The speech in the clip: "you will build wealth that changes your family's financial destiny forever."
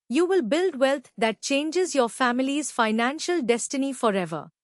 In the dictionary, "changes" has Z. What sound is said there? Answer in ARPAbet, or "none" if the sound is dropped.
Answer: Z